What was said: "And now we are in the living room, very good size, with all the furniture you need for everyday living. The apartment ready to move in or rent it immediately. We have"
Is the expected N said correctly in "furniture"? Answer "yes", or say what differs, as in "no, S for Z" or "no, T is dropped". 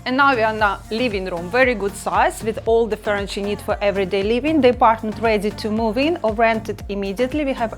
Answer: no, N is dropped